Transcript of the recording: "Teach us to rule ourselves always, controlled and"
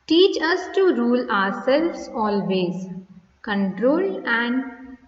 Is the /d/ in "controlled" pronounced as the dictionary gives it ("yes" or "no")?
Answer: no